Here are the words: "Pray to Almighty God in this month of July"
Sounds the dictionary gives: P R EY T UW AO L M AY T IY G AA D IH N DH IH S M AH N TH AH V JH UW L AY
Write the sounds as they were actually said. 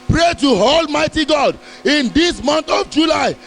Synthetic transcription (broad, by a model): P R EY T UW AO L M AY T IY G AA D IH N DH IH S M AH N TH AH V JH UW L AY